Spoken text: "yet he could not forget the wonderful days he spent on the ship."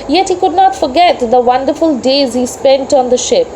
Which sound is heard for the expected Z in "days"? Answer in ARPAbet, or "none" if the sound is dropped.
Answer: Z